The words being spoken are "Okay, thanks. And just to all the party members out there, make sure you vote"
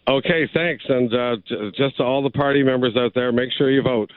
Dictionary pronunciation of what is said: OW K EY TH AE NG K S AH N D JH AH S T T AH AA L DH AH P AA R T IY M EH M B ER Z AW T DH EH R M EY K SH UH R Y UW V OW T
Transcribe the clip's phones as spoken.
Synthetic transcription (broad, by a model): OW K EY TH AE NG K S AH N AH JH AH S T T AH AA L DH AH P AA R T IY M EH M B ER Z AW T DH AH R M EY K SH UH R Y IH V OW T